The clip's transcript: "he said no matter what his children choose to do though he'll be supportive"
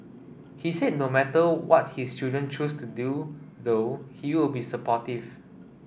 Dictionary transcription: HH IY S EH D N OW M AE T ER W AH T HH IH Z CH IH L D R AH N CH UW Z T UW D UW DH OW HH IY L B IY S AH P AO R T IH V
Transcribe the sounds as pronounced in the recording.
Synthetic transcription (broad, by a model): HH IY S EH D N OW M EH T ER W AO T HH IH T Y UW D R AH N CH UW S T UW D UW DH OW HH IY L B IY S AH P AO T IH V